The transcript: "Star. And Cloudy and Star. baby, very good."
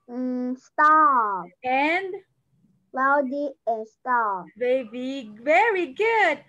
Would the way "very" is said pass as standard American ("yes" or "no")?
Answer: yes